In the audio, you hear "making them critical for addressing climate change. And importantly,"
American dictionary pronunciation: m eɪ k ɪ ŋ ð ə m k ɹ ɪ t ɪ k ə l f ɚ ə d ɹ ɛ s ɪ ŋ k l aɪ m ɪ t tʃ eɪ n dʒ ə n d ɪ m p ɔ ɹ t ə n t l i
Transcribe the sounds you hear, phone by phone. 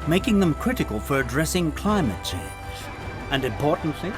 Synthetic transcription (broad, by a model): m eɪ k ɪ ŋ ð ə m k ɹ ɪ t ɪ k ə l f ɚ ə d ɹ ɛ s ɪ ŋ k l aɪ m ɪ t tʃ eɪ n z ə n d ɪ m p ɔ ɹ t n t l i